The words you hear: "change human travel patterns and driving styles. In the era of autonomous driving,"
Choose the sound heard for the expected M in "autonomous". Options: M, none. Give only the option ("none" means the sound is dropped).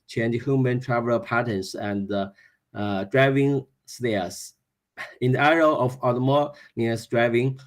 none